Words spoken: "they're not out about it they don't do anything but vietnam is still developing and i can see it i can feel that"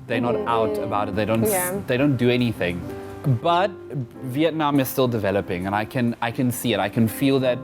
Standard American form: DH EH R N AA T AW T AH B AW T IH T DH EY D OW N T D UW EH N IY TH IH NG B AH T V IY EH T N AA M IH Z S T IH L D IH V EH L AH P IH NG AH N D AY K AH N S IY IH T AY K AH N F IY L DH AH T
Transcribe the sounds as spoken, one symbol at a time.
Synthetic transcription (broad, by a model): DH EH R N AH T AW T AH B AW T IH T DH EY D OW N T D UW EH N IY TH IH NG B AH T V IY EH T N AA M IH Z S T IH L D IH V EH L AH P IH NG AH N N AY K AH N S IY IH T AY K AH N F IY L DH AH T